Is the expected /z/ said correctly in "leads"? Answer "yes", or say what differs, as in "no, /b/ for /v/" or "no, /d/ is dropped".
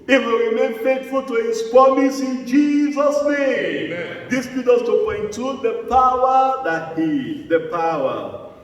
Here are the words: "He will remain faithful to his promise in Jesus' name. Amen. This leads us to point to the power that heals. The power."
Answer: no, /z/ is dropped